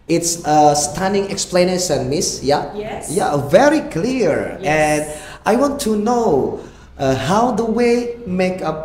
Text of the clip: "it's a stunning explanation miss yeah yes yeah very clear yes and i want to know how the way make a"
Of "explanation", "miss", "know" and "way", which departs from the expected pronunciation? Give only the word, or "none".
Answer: explanation